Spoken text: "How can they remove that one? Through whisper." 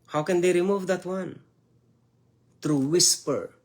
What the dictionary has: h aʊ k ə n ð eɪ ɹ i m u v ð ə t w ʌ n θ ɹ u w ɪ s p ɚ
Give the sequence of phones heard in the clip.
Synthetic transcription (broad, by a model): h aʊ k ə n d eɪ ɹ i m u v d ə t w ʌ n t ɹ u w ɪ s p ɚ